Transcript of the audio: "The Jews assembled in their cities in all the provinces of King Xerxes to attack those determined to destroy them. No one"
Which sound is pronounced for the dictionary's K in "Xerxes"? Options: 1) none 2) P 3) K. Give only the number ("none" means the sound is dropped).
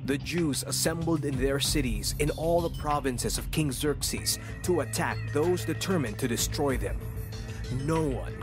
3